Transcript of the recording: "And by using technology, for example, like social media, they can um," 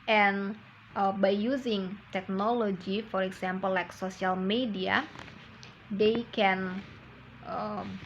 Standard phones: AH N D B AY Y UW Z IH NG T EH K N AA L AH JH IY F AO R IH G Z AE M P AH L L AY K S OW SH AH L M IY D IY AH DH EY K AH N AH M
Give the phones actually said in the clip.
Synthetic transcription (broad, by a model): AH N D B AY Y UW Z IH NG T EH K N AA L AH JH IY F AO R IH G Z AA M P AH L L AY K S OW S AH L M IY D IY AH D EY K AH N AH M